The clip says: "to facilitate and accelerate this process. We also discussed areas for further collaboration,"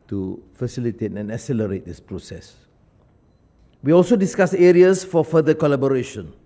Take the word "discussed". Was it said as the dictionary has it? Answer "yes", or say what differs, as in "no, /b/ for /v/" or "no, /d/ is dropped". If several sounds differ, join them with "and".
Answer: no, /t/ is dropped